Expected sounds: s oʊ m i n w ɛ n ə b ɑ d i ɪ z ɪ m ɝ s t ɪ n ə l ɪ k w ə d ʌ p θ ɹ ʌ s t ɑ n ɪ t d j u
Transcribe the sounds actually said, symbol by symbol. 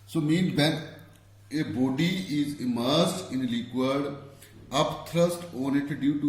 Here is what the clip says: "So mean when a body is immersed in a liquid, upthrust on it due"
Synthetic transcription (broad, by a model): s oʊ m i n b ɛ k ə b ɑ d i ɪ z ɪ m ɝ s t ɪ n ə l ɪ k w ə d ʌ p t ɹ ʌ s t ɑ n ɪ t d j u